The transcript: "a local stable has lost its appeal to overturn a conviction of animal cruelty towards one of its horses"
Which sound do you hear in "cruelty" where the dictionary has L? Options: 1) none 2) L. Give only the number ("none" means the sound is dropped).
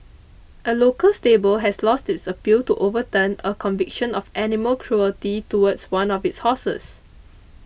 2